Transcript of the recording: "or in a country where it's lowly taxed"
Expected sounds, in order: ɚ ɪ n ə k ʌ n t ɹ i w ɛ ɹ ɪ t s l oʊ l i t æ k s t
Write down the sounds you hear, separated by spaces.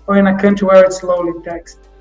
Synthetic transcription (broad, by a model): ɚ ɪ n ə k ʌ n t i w ɛ ɹ ɪ t s l oʊ l i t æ k s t